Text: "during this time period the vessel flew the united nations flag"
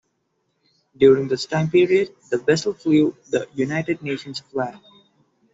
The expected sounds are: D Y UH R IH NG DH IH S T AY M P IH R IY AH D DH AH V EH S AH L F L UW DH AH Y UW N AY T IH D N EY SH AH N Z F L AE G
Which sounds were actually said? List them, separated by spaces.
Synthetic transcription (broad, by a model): D Y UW R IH NG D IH S T AY M P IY R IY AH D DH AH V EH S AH L F L UW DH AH Y UW N AY T IH D N EY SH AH N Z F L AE